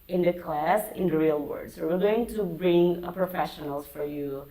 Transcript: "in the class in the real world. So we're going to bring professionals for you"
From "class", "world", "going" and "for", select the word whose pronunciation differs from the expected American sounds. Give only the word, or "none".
world